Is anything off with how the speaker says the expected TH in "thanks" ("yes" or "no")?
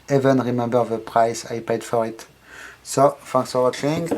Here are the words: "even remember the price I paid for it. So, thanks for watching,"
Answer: yes